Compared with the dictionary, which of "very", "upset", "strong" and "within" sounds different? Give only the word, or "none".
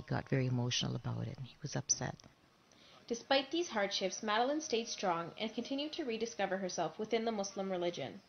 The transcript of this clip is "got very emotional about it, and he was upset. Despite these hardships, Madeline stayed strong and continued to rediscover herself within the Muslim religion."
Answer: none